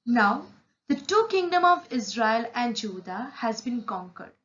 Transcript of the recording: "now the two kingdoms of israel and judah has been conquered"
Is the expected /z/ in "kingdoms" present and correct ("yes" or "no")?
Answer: no